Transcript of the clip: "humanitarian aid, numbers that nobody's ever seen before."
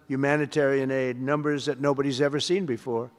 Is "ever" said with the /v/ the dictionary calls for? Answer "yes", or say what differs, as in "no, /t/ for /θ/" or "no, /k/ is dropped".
yes